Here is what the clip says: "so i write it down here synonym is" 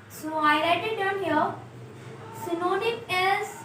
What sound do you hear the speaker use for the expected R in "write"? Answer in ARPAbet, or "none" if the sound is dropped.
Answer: L